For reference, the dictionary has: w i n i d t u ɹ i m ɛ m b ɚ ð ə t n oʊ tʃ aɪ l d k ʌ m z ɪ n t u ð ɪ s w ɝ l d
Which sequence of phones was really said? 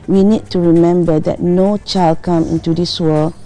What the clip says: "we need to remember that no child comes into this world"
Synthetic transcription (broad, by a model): w i n i d t u ɹ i m ɛ m b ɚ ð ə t n oʊ tʃ aɪ l d k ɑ m ɪ n t u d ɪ s w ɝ l